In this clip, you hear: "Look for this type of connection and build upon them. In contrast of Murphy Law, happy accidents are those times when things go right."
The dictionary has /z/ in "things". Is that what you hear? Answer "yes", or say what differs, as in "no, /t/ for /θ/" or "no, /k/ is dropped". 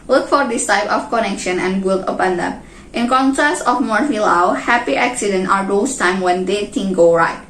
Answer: no, /z/ is dropped